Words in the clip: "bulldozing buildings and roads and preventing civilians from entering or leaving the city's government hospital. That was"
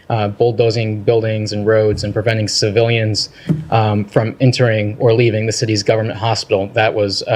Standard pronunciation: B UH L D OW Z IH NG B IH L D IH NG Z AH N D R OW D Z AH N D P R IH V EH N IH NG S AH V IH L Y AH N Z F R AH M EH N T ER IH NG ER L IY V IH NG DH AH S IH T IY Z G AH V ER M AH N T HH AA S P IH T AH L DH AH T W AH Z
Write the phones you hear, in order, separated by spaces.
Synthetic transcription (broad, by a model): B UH L D OW Z IH NG B IH L D IH NG Z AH N R OW D Z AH N P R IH V EH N IH NG S AH V IH L Y AH N Z F R AH M EH N T ER IH NG ER L IY V IH NG DH AH S IH T IY Z G AH V ER M AH N T HH AA S P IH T L DH AH T W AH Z